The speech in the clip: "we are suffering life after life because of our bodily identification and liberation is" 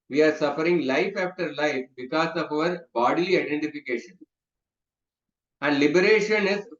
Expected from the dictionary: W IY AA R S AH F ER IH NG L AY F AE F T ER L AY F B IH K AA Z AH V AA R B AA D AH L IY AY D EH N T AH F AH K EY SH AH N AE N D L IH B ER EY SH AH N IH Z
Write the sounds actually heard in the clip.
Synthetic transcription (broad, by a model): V IY AA R S AH F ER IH NG L AY F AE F T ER L AY F B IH K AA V AH V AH R B AA D AH L IY AY D EH N T AH F AH K EY SH AH N AE N D L IH B ER EY SH AH N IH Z